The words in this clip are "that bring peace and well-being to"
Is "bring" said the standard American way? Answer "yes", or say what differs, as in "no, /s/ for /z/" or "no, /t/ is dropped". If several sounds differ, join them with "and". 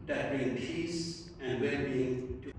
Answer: no, /ɹ/ is dropped